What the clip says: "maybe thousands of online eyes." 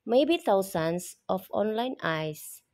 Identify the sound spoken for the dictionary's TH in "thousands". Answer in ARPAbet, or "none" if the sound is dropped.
T